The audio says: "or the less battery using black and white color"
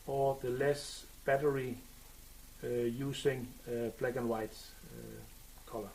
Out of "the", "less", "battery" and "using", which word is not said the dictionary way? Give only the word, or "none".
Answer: using